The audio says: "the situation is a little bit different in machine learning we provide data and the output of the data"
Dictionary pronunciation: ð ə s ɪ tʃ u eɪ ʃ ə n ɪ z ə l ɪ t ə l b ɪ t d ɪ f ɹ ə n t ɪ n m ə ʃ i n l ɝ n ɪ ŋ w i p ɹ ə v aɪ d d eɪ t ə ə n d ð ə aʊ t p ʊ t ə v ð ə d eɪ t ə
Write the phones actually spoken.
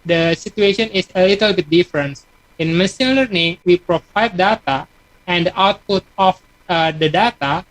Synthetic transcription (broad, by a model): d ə s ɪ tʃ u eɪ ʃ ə n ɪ s ə l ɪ t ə l b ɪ t d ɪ f ɹ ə n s ɪ n m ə s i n l ɝ n ɪ ŋ w i p ɹ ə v aɪ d d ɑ t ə ə n d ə aʊ t p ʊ t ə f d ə d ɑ t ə